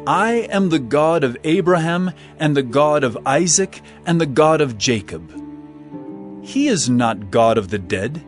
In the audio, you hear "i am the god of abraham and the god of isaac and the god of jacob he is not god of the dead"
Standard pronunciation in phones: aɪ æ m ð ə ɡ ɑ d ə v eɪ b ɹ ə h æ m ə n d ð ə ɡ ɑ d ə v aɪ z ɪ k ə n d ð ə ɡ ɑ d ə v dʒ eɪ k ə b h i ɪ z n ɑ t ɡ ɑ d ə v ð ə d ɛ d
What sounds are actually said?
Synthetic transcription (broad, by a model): aɪ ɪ m ð ə ɡ ɑ d ə v eɪ b ɹ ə h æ m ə n ð ə ɡ ɑ d ə v aɪ z ɪ k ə n ð ə ɡ ɑ d ə v dʒ eɪ k ə b h i ɪ z n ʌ t ɡ ɑ d ə v ð ə d ɛ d